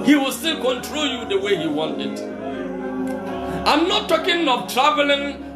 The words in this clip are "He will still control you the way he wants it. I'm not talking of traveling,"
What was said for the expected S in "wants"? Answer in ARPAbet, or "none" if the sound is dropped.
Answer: none